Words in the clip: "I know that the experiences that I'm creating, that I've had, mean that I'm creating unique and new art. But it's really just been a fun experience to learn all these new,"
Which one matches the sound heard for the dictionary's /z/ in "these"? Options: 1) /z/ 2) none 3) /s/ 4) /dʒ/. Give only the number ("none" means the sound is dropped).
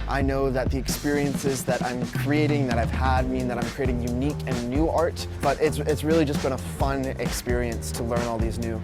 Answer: 1